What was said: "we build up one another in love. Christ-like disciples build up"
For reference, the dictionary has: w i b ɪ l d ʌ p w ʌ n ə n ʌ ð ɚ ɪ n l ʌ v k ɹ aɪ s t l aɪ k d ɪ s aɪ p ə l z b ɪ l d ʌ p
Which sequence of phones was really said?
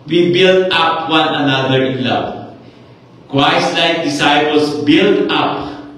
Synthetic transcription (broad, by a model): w i b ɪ l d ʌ p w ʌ n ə n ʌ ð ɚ ɪ n l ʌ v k w aɪ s l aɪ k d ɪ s aɪ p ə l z b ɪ l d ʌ p